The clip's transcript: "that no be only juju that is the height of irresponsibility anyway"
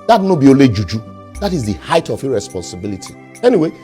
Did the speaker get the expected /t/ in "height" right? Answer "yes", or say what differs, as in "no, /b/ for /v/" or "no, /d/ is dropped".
yes